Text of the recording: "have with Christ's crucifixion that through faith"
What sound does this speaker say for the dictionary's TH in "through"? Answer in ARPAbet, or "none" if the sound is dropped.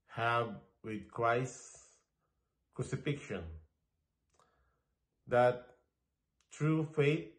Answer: T